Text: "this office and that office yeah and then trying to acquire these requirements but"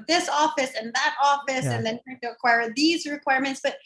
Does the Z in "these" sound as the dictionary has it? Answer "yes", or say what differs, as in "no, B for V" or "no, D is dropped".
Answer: yes